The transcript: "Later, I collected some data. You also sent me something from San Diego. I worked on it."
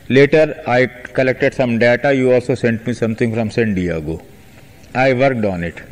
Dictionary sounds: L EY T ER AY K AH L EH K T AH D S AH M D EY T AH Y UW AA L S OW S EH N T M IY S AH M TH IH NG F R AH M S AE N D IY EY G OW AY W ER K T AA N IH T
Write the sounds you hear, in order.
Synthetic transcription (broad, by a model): L EY T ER AY K AH L EH K T AH D S AH M D EY T AH Y UW AA L S OW S EH N T M IY S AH M T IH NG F R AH M S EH N D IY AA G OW AY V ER K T AA N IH T